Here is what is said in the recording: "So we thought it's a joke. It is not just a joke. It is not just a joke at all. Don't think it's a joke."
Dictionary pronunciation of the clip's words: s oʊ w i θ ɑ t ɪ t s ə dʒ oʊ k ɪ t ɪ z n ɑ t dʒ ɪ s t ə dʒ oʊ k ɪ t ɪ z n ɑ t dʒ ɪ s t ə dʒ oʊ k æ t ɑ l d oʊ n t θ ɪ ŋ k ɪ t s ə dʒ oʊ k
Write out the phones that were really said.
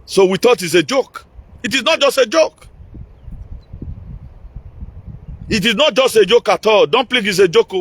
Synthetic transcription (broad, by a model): s oʊ w i t ɑ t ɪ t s ə dʒ oʊ k ɪ t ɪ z n ɑ t dʒ ɪ s t ə dʒ oʊ k ɪ t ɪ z n ɑ t dʒ ɪ s t ə dʒ oʊ k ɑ t ɑ l d oʊ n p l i k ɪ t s ə dʒ oʊ k